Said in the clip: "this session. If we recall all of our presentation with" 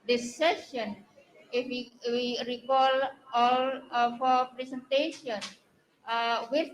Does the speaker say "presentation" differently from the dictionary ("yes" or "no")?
yes